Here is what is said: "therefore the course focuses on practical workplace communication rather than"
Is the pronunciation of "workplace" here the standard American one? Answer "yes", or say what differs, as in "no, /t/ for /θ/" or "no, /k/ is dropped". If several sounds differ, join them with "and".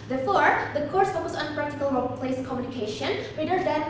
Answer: no, /k/ is dropped